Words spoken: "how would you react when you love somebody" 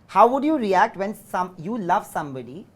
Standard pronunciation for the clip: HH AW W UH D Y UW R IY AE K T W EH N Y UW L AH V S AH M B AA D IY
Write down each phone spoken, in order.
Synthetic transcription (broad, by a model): HH AW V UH D Y UW R IY AE K T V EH N Y UW L AH V S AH M B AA D IY